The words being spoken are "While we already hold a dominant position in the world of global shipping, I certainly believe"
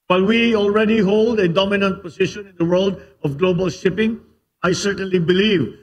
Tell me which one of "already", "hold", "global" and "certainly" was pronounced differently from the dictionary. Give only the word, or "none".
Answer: none